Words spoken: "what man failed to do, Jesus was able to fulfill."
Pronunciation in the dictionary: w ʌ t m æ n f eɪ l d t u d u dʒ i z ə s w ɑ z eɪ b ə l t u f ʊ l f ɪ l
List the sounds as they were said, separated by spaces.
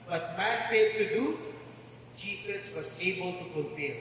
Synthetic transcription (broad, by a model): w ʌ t m æ n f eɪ d t u d u dʒ i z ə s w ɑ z eɪ b ə l t u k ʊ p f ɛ